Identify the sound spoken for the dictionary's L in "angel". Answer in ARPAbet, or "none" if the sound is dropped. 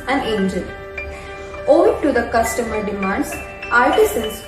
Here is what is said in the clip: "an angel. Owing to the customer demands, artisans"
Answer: N